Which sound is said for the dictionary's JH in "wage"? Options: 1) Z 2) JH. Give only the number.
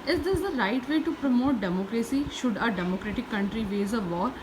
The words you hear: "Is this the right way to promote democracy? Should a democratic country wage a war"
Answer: 1